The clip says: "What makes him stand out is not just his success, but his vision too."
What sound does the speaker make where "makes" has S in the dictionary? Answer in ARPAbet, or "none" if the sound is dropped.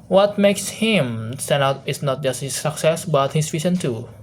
S